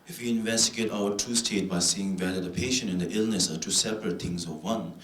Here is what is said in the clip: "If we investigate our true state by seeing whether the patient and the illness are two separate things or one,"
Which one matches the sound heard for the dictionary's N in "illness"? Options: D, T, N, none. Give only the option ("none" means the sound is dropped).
N